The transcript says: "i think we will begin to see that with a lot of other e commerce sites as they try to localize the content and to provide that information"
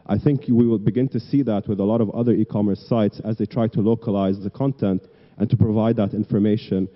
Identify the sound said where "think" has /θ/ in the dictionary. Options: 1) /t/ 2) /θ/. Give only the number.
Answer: 2